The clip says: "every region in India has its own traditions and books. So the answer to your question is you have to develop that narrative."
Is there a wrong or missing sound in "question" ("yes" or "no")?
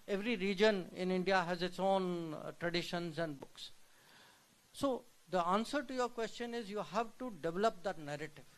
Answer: no